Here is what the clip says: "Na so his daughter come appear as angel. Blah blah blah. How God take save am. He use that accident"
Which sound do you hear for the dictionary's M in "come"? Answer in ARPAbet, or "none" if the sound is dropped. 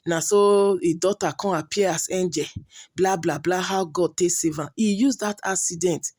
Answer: none